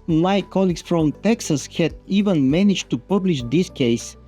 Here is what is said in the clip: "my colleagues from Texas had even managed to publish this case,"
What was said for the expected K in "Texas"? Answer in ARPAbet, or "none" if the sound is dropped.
K